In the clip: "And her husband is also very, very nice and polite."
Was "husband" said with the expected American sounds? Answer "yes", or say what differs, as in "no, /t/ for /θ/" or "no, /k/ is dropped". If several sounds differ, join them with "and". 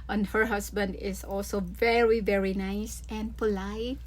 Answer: no, /s/ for /z/